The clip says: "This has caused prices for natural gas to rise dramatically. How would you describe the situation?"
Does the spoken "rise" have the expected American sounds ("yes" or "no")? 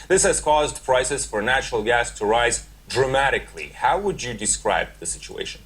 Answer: yes